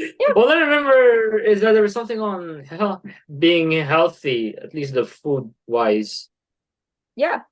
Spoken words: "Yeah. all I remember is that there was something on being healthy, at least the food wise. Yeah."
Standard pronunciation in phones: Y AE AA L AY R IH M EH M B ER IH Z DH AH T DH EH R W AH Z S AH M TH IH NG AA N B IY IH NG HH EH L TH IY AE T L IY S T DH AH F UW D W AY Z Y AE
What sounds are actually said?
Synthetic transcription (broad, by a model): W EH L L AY R IH M EH M B ER IH Z DH AH T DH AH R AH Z S AH M TH IH NG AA N B IY IH NG HH EH L TH IY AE T L IY S T DH AH F UW D W AY Z Y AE